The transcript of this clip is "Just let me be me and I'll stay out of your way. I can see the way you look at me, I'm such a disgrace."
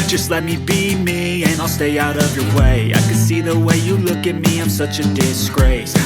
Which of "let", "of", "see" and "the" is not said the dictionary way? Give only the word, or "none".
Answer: none